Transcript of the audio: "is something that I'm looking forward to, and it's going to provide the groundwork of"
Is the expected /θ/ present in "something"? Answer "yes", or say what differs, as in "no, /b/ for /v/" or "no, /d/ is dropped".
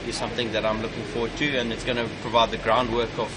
yes